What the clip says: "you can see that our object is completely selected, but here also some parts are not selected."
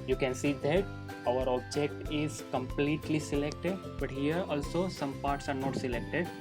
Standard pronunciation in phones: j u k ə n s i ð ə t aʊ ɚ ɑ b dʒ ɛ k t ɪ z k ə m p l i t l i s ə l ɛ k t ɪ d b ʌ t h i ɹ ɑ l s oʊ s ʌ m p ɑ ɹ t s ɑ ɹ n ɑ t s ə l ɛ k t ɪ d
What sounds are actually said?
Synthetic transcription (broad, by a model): j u k ə n s i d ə t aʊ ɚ ɑ b dʒ ɛ k t ɪ z k ə m p l i t l i s ə l ɛ k t ɪ d b ʌ t h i ɹ ɑ l s oʊ s ʌ m p ɑ ɹ t s ɑ ɹ n ɑ t s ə l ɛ k t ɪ d